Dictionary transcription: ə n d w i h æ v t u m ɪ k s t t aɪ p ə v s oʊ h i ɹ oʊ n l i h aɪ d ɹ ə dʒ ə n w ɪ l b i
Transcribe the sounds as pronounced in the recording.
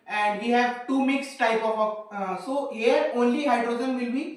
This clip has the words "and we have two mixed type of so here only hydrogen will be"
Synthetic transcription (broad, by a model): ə n d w i h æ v t u m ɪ k s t t aɪ p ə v s oʊ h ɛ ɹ oʊ n l i h aɪ d ɹ ə dʒ ə n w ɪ l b i